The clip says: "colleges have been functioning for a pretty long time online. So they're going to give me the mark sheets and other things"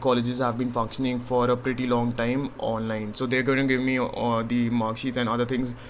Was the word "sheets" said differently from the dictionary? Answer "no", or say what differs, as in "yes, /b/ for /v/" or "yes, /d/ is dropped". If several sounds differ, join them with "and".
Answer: yes, /s/ is dropped